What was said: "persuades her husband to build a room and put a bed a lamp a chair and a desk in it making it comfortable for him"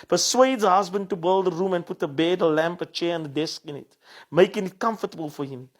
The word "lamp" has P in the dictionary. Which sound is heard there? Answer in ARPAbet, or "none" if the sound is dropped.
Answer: P